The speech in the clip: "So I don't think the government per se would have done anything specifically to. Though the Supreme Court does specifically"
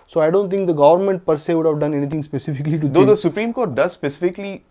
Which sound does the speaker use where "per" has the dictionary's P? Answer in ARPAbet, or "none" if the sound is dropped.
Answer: P